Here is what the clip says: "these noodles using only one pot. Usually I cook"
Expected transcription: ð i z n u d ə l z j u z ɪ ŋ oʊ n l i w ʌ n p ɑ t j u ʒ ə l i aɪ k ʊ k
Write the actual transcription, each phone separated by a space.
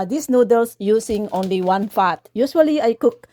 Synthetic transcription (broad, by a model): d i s n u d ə l s j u s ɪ ŋ oʊ n l i w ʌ n f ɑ t j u s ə l i aɪ k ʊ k